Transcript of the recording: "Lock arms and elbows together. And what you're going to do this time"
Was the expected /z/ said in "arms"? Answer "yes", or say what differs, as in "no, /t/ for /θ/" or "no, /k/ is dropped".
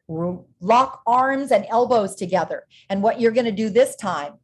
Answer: yes